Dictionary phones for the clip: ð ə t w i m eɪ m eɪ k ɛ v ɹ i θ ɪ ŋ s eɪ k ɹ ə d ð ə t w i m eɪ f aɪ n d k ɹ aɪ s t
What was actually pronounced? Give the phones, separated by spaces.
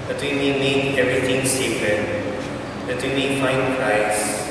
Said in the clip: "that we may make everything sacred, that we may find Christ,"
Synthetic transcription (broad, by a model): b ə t w i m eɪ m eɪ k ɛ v ɹ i t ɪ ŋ s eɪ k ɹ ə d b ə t w i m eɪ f aɪ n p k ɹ aɪ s